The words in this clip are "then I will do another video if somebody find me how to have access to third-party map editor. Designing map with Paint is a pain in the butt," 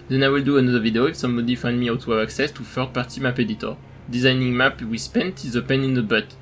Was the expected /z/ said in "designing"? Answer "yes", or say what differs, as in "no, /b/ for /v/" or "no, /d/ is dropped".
yes